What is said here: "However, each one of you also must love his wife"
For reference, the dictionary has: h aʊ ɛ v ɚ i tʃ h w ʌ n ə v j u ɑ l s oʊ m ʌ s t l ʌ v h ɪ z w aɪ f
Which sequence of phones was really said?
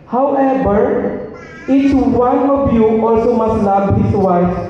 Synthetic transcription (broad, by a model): h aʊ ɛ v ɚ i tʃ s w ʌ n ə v j u ɑ l s oʊ m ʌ s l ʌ b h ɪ s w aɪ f